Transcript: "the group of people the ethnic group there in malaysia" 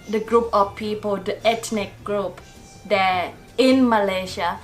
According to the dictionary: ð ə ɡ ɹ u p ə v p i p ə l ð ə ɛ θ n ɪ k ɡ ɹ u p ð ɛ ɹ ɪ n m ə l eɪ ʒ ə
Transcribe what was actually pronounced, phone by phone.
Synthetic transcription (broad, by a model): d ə ɡ ɹ u p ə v p i p ə l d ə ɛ t n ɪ k ɡ ɹ u p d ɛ ɪ n m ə l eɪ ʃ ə